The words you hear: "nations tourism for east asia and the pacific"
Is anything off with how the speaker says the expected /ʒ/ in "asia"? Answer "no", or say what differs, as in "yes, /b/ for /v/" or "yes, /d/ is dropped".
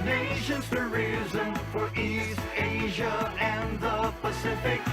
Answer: no